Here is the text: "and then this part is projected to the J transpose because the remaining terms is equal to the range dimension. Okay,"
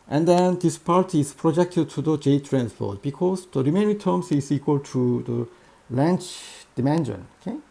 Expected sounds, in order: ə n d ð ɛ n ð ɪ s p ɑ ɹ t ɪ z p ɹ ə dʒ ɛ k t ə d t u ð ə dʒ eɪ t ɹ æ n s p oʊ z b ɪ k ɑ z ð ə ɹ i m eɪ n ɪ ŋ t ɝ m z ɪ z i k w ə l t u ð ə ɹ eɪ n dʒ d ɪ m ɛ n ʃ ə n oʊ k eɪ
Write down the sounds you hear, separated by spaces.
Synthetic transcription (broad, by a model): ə n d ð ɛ n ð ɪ s p ɑ ɹ t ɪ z p ɹ ə dʒ ɛ k t ə d t u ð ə dʒ eɪ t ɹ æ n s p oʊ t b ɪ k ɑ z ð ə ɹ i m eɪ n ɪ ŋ t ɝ m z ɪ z i k w ə l t u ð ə l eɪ n tʃ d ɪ m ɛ n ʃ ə n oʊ k eɪ